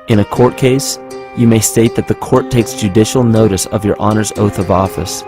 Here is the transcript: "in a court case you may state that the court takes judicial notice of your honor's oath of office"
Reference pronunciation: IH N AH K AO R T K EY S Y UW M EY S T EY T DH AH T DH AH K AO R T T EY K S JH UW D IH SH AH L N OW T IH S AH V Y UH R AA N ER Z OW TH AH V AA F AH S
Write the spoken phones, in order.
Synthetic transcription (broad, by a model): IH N AH K AO R T K EY S Y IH M EY S T EY T DH AH T DH AH K AO R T T EY K S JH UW D IH SH L N OW T IH S AH V Y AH R AA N ER Z OW TH AH V AA F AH S